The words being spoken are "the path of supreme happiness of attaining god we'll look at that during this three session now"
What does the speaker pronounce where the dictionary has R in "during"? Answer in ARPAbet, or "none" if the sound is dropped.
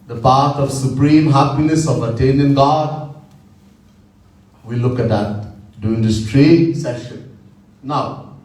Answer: none